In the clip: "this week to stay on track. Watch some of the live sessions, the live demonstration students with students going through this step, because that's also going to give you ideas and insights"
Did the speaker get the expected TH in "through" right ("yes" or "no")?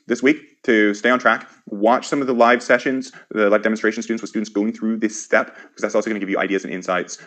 yes